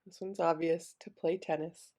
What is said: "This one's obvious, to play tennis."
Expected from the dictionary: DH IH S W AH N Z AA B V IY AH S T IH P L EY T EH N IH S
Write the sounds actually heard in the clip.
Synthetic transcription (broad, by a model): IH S W AH N Z AA B V IY AH S T IH P L EY T EH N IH S